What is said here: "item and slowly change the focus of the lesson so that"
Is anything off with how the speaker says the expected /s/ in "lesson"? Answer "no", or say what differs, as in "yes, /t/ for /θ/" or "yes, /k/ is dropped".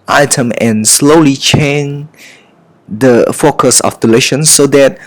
yes, /ʃ/ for /s/